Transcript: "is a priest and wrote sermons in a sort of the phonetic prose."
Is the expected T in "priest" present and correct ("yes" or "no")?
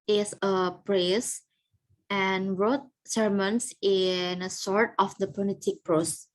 no